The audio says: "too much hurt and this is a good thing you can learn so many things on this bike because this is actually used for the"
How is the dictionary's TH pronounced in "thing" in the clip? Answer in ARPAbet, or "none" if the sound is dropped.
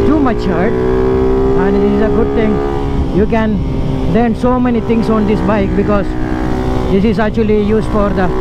T